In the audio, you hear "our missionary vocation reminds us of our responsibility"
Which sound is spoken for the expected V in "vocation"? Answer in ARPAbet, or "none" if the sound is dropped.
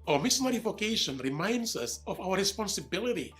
F